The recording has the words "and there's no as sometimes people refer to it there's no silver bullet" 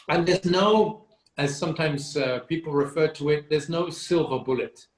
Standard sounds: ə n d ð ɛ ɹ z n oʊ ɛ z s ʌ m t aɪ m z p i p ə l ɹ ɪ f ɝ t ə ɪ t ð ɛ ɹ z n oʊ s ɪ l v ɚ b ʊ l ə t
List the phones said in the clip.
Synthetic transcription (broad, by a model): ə n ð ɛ ɹ z n oʊ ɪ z s ʌ m t aɪ m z p i p l ɹ ɪ f ɝ t ə ɪ t ð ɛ ɹ z n oʊ s ɪ l v ɚ b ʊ l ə t